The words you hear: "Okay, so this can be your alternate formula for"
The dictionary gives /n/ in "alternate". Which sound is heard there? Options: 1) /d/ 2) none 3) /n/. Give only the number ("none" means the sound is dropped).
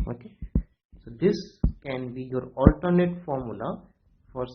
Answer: 3